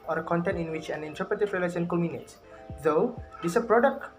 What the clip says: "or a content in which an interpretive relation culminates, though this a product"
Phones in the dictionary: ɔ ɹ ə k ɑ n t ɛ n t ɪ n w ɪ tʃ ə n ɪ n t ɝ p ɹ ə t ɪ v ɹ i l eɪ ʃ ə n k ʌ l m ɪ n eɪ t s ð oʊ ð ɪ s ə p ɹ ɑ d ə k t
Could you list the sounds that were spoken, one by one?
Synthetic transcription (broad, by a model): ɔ ɹ ə k ɑ n t ɛ n t ɪ n w ɪ tʃ ə n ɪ n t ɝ p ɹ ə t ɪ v ɹ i l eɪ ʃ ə n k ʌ m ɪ n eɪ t s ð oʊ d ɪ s ə p ɹ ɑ d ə k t